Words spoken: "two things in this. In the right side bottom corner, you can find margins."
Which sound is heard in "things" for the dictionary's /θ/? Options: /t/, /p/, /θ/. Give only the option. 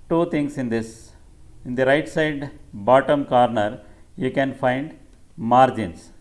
/t/